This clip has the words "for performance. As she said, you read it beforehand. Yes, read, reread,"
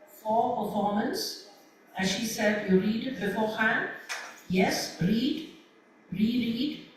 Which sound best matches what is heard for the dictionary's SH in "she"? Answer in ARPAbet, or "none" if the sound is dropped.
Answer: SH